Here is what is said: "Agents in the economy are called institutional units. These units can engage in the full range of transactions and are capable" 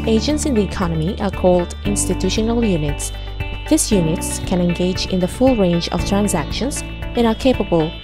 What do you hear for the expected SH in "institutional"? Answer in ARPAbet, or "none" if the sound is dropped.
SH